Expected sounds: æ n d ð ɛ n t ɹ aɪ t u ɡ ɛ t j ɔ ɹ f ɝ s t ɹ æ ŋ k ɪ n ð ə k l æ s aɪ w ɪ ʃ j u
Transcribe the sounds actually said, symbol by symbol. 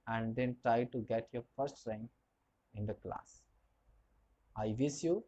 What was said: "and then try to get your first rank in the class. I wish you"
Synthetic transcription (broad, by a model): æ n d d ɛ n t ɹ aɪ t u ɡ ɛ t j ɔ ɹ f ɝ s t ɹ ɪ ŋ ɪ n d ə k l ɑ s aɪ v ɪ s j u